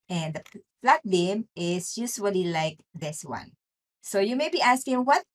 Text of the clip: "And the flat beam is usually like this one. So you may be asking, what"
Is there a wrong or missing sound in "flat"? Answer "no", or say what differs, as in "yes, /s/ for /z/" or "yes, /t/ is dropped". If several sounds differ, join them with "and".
yes, /p/ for /f/